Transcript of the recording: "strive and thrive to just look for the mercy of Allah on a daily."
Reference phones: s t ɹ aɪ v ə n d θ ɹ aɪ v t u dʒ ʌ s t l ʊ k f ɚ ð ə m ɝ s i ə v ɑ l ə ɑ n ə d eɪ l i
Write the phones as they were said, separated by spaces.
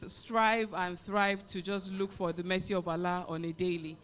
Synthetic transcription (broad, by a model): s t ɹ aɪ v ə n θ ɹ aɪ v t u dʒ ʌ s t l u k f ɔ ð ə m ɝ s i ə v ɑ l ə ɑ n ə d eɪ l i